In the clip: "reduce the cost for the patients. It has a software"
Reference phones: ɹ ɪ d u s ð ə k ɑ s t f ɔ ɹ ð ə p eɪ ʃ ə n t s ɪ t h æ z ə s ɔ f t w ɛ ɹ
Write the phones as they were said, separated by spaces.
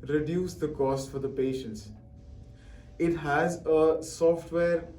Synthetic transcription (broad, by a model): ɹ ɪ d u s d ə k ɑ s t f ɔ ɹ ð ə p eɪ ʃ ə n t s ɪ t h æ z ə s ɔ f t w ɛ ɹ